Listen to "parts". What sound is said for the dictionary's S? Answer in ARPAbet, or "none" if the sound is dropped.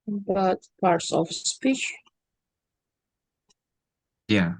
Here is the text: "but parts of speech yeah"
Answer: S